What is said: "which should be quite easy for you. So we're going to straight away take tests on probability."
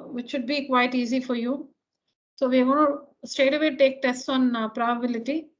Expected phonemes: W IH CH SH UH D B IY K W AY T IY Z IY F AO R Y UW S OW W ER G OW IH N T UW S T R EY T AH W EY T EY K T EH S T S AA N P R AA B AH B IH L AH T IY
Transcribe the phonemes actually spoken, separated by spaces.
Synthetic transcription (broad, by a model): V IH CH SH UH D B IY K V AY T IY Z IY F AO R Y UW S OW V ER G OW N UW S T EY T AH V EY T EY K T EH S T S AA N P R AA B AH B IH L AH T IY